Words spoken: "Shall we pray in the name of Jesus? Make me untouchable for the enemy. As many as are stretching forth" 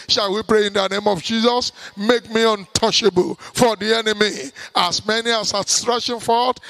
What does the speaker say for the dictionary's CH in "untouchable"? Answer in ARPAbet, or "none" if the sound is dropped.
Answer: SH